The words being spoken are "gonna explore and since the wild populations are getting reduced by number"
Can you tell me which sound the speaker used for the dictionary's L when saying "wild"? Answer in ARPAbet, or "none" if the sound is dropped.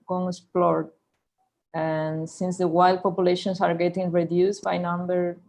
L